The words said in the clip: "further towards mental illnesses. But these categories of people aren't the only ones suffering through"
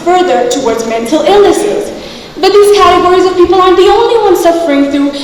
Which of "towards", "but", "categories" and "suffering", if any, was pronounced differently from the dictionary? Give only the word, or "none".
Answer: none